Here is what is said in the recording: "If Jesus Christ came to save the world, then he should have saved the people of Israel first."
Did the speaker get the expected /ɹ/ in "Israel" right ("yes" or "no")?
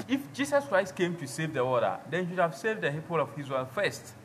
no